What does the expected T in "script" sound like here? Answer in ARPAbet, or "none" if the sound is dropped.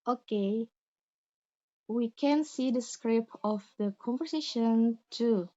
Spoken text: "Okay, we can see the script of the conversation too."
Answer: none